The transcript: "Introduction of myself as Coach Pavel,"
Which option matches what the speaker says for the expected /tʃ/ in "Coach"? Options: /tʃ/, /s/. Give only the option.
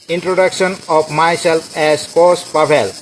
/s/